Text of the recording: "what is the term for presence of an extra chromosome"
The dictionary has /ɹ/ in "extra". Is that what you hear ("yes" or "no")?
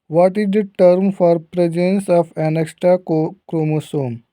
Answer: no